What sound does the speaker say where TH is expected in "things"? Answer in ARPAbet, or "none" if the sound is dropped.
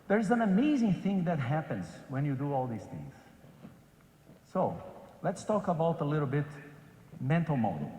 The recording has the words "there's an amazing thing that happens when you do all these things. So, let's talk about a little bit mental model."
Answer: TH